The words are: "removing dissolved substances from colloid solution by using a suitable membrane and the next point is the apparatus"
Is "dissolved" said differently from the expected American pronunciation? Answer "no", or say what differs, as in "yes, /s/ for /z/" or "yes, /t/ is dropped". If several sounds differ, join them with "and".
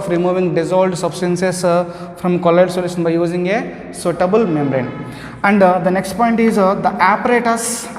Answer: yes, /v/ is dropped